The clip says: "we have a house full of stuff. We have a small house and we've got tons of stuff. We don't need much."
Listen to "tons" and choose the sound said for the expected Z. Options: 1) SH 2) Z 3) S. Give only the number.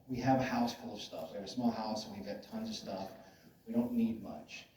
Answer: 2